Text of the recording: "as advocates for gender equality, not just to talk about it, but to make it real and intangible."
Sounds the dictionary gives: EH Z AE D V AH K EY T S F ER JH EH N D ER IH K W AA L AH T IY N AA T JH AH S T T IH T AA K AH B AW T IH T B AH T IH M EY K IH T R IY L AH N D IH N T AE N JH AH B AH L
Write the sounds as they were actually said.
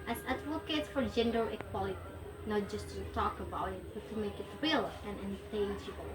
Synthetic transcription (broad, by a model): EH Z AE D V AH K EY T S F ER JH EH N D ER IH K W AA L AH T IY N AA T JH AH S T T IH T AA K AH B AW T IH T B AH T IH M EY K IH T R IY L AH N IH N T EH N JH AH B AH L